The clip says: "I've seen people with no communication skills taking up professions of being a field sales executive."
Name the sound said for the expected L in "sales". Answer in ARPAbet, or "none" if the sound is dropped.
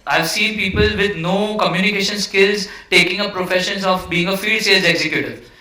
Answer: none